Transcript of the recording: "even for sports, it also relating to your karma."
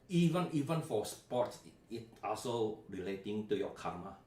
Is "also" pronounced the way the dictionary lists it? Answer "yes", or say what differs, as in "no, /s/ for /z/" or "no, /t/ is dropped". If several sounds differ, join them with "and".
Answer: yes